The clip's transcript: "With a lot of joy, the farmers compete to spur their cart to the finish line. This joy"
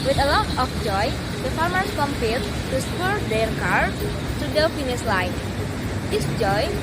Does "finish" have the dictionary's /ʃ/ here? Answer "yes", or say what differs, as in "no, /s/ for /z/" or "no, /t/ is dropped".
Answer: no, /s/ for /ʃ/